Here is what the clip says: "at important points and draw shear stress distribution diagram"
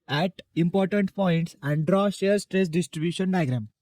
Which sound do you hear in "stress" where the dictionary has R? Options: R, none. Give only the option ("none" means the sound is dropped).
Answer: R